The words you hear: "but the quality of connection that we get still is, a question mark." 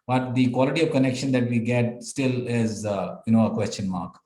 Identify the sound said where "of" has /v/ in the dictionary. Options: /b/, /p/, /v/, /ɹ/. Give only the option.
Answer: /v/